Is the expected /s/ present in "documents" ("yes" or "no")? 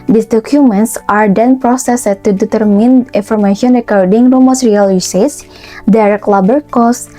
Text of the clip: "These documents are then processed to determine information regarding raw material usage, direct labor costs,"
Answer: yes